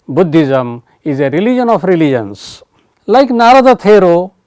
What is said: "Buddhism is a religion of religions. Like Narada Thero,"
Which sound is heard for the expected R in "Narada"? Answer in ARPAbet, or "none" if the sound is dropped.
R